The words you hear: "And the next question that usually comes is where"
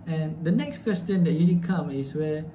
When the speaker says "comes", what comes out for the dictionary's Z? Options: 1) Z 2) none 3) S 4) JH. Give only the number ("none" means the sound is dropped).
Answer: 2